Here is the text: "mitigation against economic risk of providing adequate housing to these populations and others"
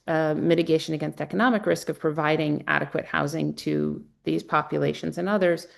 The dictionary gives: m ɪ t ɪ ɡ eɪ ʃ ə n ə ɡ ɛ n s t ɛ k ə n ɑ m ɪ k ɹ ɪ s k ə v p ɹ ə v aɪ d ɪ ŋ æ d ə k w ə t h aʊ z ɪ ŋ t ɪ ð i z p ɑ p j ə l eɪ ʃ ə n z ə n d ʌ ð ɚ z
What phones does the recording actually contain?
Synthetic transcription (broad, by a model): m ɪ t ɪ ɡ eɪ ʃ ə n ə ɡ ɛ n s t ɛ k ə n ɑ m ɪ k ɹ ɪ s k ə v p ɹ ə v aɪ d ɪ ŋ æ d ə k w ə t h aʊ z ɪ ŋ t ɪ ð i z p ɑ p j ə l eɪ ʃ ə n z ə n ʌ ð ɚ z